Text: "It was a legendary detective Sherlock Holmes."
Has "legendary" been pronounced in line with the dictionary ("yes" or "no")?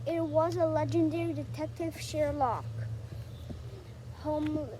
yes